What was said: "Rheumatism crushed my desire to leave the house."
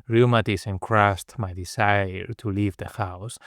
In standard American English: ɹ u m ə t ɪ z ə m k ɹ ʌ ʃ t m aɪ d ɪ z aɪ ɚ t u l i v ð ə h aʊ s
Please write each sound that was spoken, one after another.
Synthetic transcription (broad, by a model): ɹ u m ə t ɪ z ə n k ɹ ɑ s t m aɪ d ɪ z aɪ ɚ t u l i v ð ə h aʊ s